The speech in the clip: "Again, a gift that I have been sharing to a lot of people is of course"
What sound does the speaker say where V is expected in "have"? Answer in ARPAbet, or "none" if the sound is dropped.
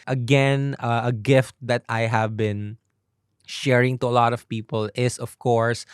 V